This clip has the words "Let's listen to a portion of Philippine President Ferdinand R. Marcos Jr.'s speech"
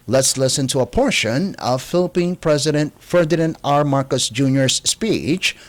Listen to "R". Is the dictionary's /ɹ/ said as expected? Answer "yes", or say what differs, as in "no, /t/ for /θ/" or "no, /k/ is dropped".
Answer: yes